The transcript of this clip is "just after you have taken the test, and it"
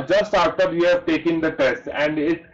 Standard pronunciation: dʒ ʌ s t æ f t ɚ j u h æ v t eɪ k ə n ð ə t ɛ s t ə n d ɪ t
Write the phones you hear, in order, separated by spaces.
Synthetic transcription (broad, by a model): dʒ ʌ s t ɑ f t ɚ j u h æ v t eɪ k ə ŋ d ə t ɛ s t ə n d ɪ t